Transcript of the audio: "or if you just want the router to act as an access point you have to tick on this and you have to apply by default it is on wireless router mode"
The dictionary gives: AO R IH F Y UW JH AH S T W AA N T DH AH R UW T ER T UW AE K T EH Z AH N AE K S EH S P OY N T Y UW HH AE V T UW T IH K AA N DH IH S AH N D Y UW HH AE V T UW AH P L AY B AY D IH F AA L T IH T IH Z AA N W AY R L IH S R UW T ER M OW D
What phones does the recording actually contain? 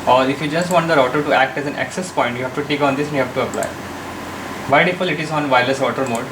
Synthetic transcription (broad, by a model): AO R IH F Y UW JH AH S T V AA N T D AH R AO T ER T UW AE K T EH Z AH N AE K S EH S P OY N T Y UW HH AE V T UW T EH K AA N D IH S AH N Y UW HH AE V T UW AH P L AY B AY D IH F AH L IH T IH Z AA N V AY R L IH S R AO T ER M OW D